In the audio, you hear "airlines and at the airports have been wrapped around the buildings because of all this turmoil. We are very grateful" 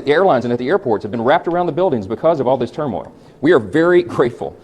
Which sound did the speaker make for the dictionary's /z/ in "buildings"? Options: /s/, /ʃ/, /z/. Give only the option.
/z/